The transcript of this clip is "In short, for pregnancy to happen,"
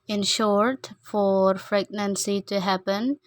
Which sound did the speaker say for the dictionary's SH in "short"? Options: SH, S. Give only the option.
SH